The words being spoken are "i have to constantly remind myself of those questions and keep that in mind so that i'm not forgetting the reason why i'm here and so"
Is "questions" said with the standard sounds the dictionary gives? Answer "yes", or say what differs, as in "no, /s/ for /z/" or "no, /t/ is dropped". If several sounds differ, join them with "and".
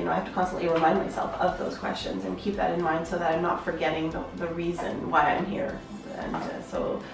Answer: yes